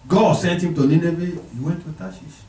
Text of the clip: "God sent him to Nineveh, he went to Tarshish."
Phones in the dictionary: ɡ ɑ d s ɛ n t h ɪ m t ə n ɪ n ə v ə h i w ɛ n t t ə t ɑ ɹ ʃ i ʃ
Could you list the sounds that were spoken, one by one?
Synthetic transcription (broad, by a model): ɡ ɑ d s ɛ n t h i m t ə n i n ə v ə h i w ɛ n t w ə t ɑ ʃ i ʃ